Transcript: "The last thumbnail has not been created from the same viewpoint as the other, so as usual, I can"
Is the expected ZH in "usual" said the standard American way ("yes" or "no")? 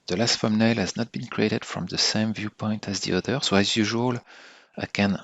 yes